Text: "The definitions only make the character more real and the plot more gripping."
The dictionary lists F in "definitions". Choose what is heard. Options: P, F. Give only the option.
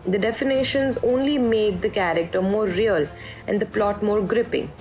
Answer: F